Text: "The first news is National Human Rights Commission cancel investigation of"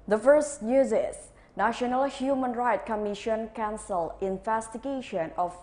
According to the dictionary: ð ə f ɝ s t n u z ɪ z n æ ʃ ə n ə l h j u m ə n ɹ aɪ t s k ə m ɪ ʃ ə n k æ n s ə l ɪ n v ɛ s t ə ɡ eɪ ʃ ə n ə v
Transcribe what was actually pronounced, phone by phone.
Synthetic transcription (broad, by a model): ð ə f ɝ s t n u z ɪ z n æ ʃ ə n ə l h j u m ə n ɹ aɪ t k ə m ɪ ʃ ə n k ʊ n s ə l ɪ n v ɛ s t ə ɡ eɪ ʃ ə n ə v